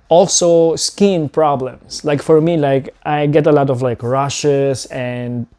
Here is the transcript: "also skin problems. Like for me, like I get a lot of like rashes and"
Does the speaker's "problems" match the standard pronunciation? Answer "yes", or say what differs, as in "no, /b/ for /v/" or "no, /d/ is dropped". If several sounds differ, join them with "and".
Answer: no, /s/ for /z/